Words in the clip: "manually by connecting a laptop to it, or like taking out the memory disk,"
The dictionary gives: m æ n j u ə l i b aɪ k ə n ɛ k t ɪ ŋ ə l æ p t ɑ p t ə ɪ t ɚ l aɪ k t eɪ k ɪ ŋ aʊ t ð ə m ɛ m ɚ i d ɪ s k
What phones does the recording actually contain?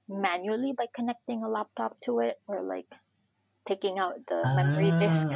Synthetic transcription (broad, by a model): m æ n j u l i b aɪ k ə n ɛ k t ɪ ŋ ə l æ p t ɑ p t ə ɪ t ɚ l aɪ k t eɪ k ɪ ŋ aʊ t ð ə m ɛ m ɚ i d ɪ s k